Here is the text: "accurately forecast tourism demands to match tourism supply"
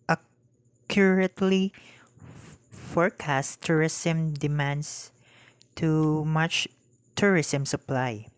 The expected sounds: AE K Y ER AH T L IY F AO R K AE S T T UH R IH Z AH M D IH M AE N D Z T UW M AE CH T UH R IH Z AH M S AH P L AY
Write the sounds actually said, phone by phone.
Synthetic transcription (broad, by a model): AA K Y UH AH T L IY F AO R K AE S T T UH R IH S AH M D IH M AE N D S T UW M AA CH T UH R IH S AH M S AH P L AY